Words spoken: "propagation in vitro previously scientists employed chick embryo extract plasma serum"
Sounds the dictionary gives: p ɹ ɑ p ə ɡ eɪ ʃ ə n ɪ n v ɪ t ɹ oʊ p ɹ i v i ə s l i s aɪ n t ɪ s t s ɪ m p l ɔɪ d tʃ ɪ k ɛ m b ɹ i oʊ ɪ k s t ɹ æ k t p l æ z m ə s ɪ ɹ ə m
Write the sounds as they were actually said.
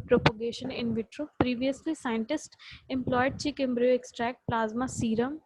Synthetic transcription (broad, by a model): p ɹ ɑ p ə ɡ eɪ ʃ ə n ɪ n v ɪ t ɹ oʊ p ɹ i v i ə s l i s aɪ n t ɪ s t ɪ m p l ɔɪ d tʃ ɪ k ɛ m b ɹ i oʊ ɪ k s t ɹ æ k t p l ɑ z m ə s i ɹ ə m